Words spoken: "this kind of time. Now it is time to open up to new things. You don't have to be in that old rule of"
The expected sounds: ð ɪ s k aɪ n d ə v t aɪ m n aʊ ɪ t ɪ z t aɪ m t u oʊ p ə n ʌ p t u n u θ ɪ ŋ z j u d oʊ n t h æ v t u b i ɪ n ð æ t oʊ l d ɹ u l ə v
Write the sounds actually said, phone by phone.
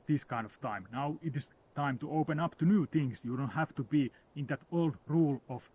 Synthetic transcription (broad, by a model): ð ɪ s k aɪ n d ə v t aɪ m n aʊ ɪ t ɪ s t aɪ m t u oʊ p ə n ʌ p t u n u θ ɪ ŋ s j u d oʊ n t h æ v t u b i ɪ n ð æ t oʊ l d ɹ u l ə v